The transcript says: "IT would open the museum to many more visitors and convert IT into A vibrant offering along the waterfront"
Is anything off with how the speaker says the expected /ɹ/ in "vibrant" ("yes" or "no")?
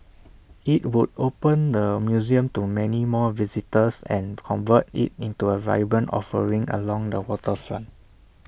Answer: yes